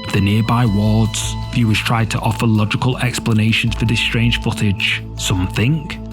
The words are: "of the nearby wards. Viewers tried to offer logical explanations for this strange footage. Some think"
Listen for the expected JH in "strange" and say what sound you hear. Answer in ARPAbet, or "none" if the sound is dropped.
ZH